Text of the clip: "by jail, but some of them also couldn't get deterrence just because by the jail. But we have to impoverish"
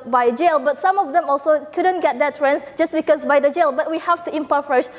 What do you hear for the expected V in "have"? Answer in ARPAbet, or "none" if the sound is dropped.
F